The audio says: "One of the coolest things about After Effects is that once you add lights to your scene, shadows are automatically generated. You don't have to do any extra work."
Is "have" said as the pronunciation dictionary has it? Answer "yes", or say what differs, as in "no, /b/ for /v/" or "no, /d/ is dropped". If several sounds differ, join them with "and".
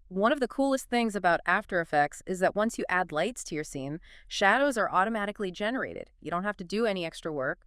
no, /f/ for /v/